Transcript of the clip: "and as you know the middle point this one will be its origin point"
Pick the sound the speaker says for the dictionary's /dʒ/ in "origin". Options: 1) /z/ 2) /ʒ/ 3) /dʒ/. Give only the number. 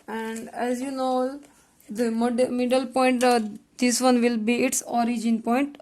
3